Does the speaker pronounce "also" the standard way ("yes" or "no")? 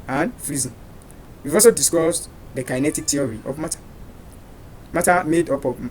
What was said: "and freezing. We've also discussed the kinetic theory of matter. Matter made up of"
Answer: no